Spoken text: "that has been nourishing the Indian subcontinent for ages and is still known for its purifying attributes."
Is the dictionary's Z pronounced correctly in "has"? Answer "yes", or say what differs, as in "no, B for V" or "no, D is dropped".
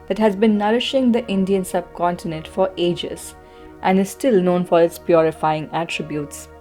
yes